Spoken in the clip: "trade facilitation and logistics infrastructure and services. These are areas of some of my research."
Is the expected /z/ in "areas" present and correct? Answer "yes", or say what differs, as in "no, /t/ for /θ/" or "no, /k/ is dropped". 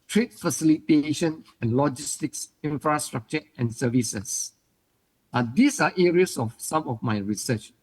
no, /s/ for /z/